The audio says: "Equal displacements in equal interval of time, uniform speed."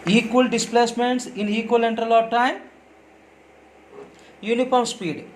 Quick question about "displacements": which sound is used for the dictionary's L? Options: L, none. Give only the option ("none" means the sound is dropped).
L